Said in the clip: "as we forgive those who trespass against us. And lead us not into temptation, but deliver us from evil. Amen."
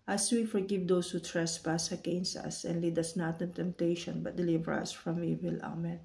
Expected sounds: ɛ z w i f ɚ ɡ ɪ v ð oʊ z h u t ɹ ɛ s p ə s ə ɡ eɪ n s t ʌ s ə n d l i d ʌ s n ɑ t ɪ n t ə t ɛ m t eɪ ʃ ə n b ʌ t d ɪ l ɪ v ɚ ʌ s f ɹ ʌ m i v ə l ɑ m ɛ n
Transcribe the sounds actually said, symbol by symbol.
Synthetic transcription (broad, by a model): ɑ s w i f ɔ ɡ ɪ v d oʊ s h u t ɹ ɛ s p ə s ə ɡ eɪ n s ʌ s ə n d l i d ʌ s n ɑ t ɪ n t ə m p t eɪ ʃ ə n b ʌ t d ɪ l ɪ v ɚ ʌ s f ɹ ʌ m i v ə l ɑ m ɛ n